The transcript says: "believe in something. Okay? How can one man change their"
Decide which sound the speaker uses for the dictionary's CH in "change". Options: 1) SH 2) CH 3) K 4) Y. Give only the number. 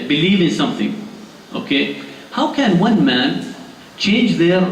2